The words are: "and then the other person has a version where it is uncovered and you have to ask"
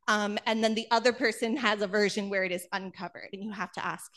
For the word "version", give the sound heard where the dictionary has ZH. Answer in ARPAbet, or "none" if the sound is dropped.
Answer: ZH